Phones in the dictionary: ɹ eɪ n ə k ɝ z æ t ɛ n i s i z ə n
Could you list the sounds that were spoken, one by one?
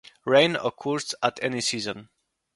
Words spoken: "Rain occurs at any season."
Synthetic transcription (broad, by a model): ɹ eɪ n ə k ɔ s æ t ɛ n i s i z ə n